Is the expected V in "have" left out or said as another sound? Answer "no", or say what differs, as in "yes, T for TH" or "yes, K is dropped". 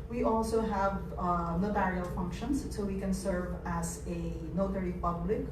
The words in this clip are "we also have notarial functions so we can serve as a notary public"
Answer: no